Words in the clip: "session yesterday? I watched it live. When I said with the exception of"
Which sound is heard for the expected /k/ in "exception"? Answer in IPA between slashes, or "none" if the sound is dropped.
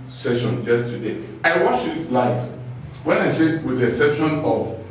none